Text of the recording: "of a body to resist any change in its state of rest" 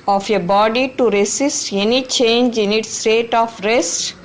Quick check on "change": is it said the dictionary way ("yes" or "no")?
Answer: yes